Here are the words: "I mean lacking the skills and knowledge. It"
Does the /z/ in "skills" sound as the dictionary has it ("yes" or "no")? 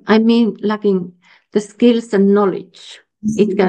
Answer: no